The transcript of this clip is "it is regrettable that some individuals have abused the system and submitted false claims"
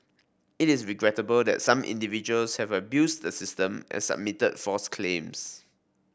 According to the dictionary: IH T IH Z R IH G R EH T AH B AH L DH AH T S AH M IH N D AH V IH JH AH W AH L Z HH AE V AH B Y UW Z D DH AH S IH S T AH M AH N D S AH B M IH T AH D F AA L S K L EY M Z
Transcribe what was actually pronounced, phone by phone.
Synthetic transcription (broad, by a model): IH T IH S R IH G R EH T AH B AH L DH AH T S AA M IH N D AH V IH JH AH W AH L S HH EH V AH B Y UW S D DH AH S IH S T AH M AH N S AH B M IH T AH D F AA S K L EY M S